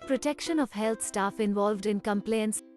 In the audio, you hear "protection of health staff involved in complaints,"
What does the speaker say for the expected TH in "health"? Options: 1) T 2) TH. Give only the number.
1